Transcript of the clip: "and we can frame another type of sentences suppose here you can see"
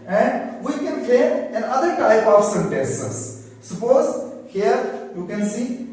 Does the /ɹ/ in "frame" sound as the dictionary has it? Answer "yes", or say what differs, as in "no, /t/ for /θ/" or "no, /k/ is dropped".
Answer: no, /ɹ/ is dropped